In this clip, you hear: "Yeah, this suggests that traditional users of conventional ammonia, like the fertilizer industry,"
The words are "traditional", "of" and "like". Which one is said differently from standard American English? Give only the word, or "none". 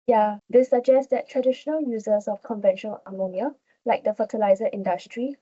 of